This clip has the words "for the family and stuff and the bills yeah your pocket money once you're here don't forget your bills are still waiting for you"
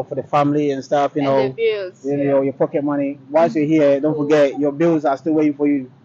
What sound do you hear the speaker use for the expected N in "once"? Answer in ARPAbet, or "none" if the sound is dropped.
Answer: none